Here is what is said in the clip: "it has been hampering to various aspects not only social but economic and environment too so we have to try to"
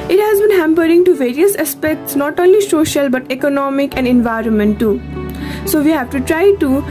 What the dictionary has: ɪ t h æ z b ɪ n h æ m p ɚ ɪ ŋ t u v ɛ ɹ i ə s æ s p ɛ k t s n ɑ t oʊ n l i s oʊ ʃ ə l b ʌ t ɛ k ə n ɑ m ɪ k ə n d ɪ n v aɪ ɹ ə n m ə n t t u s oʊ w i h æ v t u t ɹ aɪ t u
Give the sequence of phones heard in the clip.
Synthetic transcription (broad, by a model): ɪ t h æ z b ɪ n h æ m p ɚ ɪ ŋ t u v ɛ ɹ i ə s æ s p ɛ k t s n ɑ t oʊ n l i s oʊ ʃ ə l b ʌ t ɛ k ə n ɑ m ɪ k ə n d ɪ n v aɪ ɹ ə n m ə n t t u s oʊ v i h æ v t u t ɹ aɪ t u